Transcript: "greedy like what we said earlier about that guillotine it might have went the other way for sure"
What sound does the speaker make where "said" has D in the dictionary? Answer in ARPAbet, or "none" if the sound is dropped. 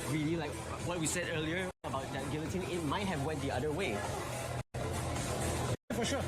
D